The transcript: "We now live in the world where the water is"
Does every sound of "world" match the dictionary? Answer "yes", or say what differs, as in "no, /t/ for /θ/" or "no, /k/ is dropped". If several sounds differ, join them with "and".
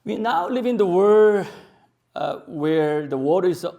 no, /l/ is dropped